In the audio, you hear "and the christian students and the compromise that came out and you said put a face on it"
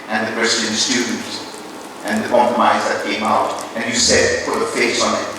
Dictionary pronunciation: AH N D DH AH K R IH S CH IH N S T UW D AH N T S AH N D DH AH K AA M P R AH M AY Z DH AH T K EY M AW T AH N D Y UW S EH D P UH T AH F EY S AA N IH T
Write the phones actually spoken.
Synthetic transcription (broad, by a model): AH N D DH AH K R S IH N S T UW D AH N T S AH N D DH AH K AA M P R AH M AY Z DH AH T K EY M AW T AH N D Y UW S EH D P UH T AH F EY S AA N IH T